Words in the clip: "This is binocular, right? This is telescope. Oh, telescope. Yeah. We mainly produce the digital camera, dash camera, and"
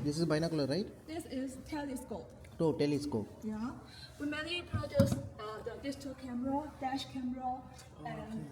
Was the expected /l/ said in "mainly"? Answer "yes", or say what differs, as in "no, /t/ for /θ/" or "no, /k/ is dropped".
no, /l/ is dropped